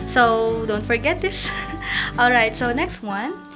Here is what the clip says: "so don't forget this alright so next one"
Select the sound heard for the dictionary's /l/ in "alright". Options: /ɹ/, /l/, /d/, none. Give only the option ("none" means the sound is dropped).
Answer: /l/